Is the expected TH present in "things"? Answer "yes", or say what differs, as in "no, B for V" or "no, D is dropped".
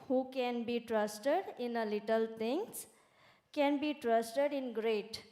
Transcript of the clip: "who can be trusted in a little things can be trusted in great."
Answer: no, T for TH